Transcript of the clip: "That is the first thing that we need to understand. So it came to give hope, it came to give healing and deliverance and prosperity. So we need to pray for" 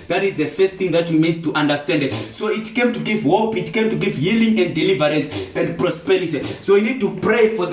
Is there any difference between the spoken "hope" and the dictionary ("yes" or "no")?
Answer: no